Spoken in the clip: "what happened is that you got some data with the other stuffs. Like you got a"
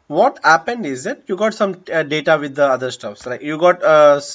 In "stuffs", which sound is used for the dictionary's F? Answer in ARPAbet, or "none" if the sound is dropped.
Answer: F